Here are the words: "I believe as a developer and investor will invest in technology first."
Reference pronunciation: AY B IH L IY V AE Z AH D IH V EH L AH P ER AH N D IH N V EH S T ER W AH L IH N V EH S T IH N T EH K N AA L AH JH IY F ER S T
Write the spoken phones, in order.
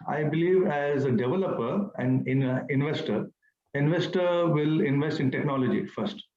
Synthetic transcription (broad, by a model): AY B IH L IY V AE Z AH D IH V EH L AH P ER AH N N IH N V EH S T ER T AH L IH N V EH S T IH N T EH K N AA L AH JH IY F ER S T